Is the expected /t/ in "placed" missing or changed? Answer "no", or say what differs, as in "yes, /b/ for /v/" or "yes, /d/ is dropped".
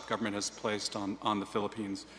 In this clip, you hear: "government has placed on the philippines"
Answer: no